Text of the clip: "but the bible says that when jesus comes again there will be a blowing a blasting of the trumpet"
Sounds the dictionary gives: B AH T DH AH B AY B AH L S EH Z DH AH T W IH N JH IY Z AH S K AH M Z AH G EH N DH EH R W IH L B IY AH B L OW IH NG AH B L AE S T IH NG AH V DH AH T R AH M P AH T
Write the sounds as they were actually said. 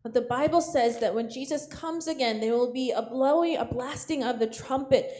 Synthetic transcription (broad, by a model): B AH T DH AH B AY B L S EH Z DH AH T W IH N JH IY Z AH S K AH M Z AH G EH N DH EH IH W IH L B IY AH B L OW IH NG AH B L AE S T IH NG AH V DH AH T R AH M P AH T